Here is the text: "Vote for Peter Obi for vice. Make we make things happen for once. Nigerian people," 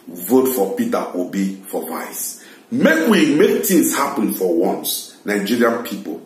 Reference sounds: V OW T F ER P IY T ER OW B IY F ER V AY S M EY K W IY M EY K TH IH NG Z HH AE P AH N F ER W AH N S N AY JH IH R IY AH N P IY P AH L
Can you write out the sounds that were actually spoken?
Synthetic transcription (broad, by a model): V OW T F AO P IY T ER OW B IY F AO V AY S M EY K W IY M EY K T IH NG S HH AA P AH N F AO W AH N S N AY JH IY R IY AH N P IY P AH L